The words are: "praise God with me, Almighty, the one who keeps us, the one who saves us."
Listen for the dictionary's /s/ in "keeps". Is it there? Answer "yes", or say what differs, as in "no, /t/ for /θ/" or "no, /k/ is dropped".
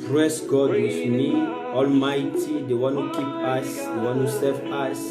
no, /s/ is dropped